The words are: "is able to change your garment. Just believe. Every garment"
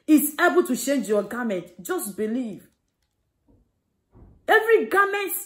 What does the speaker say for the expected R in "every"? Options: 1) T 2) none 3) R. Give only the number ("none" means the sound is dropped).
3